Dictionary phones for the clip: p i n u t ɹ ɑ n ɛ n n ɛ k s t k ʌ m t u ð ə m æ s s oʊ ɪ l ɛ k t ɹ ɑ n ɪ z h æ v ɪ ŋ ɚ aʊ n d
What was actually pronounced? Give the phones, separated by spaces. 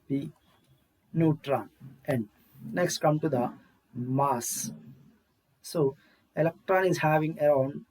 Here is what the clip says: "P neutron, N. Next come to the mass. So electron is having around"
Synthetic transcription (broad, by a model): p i n u t ɹ ɑ n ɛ n n ɛ k s t k ʌ m t u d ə m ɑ s s oʊ ɪ l ɛ k t ɹ ɑ n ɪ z h æ v ɪ ŋ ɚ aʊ n d